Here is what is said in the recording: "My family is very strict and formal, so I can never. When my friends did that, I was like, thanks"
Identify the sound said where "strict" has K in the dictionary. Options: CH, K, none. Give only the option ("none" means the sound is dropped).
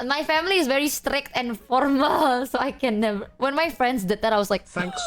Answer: K